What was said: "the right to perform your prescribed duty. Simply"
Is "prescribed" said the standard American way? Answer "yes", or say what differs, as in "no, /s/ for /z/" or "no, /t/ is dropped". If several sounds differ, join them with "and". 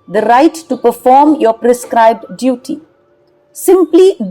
yes